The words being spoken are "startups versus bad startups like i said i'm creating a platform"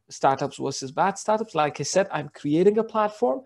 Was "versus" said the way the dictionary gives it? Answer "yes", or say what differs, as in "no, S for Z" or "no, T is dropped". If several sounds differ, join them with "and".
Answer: no, W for V